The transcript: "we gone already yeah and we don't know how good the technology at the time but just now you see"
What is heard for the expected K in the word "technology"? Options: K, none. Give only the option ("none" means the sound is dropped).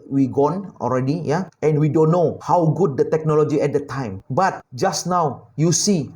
K